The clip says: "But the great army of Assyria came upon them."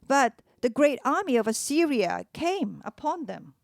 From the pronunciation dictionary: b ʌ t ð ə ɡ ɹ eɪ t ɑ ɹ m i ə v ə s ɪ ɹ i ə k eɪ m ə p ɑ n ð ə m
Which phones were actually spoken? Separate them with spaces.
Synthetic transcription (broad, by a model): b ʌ t ð ə ɡ ɹ eɪ t ɑ ɹ m i ə v ə s ɪ ɹ i ə k eɪ m ə p ɑ n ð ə m